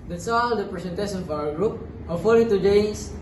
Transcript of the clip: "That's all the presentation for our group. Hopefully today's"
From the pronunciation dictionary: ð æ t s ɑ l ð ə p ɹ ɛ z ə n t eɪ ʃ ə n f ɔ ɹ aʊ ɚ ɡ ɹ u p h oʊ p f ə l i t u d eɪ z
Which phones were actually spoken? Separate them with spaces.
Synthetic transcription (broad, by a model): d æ t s ɑ l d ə p ɹ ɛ s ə n t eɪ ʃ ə n f ɔ ɹ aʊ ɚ ɡ ɹ u p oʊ f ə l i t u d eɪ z